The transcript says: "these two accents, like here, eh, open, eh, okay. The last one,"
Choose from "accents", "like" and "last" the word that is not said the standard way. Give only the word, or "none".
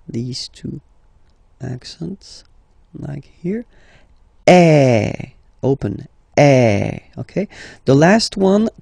none